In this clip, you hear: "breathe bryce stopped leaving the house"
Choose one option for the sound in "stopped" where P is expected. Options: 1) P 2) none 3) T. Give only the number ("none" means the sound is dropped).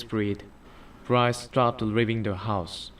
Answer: 2